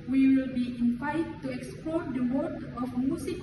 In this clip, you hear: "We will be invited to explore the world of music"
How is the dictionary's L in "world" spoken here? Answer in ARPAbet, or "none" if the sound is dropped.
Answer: none